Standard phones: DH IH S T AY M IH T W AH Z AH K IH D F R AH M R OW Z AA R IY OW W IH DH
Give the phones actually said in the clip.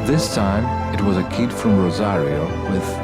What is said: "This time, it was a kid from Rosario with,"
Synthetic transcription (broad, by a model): DH IH S T AY M IH T W AH Z AH K IH D F R AH M R OW Z AA R IY OW W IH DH